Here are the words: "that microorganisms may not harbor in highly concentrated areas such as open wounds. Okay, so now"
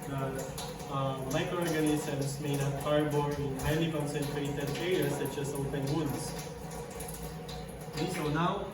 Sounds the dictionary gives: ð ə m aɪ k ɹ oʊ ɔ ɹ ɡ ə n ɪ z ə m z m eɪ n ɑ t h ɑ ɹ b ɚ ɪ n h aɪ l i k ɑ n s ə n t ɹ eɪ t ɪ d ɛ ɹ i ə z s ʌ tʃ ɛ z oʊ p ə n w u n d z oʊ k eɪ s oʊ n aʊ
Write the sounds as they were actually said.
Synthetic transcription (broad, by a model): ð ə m aɪ k ɹ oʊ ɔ ɹ ɡ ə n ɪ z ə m s m eɪ n ɑ t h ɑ ɹ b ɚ ɪ n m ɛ n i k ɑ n s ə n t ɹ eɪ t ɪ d ɛ ɹ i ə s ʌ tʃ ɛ s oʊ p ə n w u n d s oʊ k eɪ s oʊ n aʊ